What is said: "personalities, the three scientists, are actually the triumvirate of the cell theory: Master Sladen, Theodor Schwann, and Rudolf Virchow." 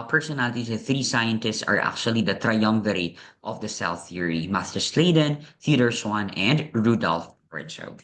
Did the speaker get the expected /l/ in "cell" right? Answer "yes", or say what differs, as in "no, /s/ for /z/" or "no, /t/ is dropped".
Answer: no, /w/ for /l/